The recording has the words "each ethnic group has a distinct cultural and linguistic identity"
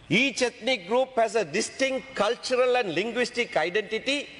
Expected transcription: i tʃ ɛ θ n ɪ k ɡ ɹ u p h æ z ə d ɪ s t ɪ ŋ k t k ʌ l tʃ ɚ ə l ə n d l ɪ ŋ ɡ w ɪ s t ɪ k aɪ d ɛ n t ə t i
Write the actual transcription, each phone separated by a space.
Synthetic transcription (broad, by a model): i tʃ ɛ t n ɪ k ɡ ɹ u p h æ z ə d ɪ s t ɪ ŋ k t k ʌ l tʃ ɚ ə l ə n d l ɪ ŋ ɡ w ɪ s t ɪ k aɪ d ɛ n t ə t i